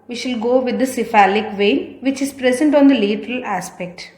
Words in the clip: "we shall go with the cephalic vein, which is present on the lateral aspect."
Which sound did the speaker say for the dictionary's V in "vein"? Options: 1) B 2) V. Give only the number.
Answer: 2